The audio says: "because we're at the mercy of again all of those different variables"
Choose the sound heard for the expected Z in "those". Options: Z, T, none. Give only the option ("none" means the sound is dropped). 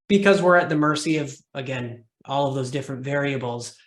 Z